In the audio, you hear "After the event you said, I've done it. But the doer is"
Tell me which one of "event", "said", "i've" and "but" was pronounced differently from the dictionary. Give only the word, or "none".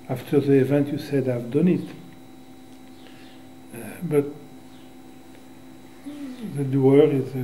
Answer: none